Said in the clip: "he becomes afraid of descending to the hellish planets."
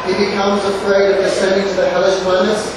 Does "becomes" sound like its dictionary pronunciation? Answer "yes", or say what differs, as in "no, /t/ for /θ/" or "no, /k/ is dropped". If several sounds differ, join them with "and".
yes